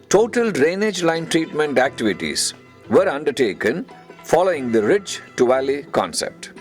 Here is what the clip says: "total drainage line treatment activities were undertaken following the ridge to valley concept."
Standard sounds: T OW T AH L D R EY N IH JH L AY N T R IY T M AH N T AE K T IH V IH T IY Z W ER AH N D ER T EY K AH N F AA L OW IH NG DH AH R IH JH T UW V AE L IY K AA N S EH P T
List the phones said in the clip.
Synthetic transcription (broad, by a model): T OW T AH L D R EY N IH JH L AY N T R IY T M AH N T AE K T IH V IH T IY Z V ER AH N D ER T EY K AH N F AA L OW IH NG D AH R IH CH T UW V AE L IY K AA N S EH P T